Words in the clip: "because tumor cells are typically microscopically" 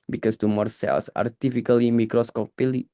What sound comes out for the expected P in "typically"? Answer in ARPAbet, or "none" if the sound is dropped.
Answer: F